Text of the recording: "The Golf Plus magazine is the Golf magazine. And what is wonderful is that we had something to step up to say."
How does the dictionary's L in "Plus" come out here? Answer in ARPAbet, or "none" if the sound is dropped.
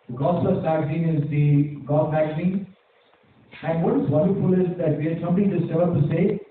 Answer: none